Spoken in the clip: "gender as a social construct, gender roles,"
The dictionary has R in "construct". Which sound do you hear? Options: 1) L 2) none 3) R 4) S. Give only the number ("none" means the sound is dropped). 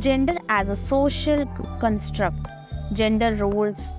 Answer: 3